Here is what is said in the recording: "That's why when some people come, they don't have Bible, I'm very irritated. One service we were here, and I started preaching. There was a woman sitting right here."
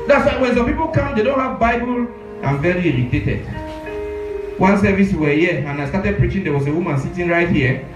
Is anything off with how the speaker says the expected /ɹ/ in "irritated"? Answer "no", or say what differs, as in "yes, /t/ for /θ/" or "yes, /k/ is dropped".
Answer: yes, /l/ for /ɹ/